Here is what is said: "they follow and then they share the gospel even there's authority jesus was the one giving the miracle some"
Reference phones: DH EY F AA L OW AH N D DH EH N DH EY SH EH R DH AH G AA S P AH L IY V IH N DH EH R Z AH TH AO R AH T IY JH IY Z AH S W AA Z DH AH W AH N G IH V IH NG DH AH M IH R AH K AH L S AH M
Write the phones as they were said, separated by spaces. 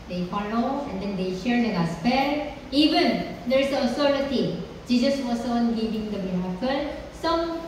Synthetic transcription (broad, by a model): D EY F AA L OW AH N D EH N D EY SH EH R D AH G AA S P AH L IY V IH N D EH R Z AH S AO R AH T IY JH IY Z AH S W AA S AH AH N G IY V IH NG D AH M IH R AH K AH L S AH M